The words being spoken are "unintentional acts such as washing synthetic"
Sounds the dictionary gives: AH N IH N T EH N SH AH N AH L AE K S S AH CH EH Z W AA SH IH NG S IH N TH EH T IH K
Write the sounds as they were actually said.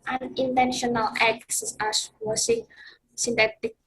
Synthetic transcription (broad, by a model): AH N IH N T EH N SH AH N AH L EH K S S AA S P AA S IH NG S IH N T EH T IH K